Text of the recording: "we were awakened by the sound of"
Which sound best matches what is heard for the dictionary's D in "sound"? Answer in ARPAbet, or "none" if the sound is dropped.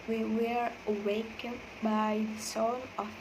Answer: none